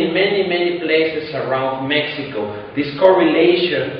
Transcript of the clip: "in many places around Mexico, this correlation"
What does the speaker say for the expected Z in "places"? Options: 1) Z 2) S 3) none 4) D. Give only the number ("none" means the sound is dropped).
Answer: 2